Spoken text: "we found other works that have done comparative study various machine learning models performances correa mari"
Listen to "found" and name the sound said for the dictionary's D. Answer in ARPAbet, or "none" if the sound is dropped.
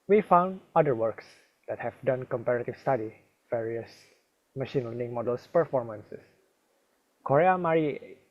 D